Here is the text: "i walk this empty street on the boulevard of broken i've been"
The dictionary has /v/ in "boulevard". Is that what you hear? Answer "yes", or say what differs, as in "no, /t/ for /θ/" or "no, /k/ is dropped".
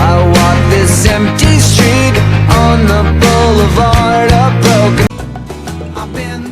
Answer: yes